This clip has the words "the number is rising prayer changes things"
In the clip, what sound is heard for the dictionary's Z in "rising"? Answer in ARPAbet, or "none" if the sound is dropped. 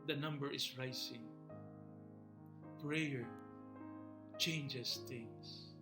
S